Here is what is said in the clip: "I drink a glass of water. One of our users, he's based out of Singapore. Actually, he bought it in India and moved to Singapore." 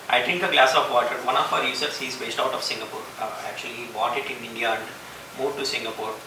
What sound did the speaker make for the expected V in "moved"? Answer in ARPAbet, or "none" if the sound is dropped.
none